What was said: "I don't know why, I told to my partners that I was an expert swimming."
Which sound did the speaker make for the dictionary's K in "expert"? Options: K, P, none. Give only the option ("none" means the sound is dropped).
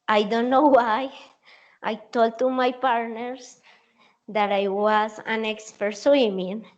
K